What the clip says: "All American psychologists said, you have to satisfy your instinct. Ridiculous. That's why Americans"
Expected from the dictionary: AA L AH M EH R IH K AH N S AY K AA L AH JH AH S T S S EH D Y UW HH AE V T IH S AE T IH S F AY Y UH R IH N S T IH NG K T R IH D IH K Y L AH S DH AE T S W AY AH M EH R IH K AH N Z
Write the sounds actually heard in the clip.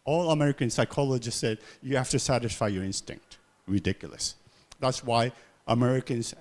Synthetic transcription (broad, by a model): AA L AH M EH R IH K AH N S AY K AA L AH JH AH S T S S EH D Y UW HH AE F T IH S AE T IH S F AY Y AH R IH N S T IH NG K T R IH D IH K Y L AH S DH AE T S W AY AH M EH R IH K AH N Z